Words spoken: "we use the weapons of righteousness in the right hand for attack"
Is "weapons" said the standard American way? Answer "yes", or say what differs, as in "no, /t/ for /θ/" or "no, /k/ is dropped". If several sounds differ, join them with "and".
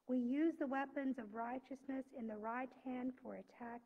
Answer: yes